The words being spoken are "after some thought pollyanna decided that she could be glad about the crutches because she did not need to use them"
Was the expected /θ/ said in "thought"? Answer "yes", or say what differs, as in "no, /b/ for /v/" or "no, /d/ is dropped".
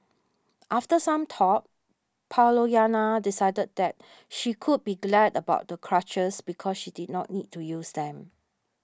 no, /t/ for /θ/